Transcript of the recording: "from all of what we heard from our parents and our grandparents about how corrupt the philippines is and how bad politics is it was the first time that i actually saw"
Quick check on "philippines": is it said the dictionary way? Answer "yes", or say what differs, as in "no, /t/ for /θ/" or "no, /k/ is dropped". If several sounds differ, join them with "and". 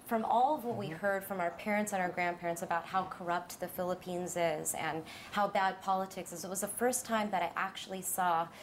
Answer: yes